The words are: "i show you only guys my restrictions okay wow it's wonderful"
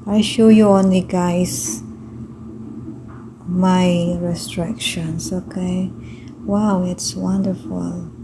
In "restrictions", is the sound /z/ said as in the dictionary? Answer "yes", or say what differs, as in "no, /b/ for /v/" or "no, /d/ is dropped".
no, /s/ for /z/